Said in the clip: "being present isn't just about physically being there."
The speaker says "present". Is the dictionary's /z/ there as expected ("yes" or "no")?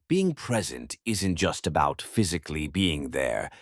yes